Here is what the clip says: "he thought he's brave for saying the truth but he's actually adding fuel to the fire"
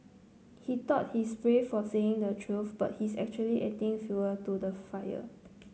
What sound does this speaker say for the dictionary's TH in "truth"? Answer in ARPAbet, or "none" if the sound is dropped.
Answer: F